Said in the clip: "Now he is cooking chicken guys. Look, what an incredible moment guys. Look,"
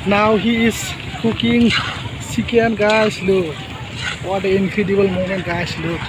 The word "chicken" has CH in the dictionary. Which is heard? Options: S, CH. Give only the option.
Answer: S